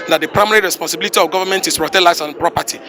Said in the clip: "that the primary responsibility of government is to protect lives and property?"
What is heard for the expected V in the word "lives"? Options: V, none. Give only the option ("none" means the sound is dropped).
none